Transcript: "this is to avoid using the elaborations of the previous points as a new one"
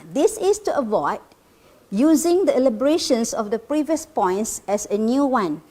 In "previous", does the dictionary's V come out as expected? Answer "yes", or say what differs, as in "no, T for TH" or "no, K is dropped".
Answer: yes